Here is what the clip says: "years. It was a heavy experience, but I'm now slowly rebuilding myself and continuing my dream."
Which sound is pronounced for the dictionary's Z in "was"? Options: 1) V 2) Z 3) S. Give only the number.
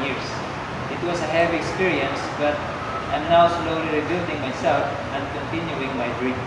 3